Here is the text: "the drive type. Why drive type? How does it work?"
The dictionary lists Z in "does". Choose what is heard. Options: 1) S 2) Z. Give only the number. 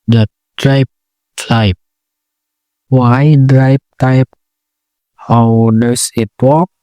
1